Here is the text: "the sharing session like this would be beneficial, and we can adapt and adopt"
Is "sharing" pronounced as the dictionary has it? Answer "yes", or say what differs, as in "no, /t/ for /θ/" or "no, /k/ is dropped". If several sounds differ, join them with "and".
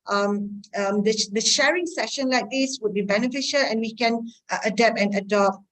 yes